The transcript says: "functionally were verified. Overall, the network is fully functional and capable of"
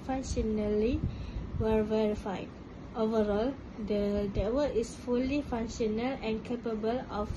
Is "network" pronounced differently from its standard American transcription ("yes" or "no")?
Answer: yes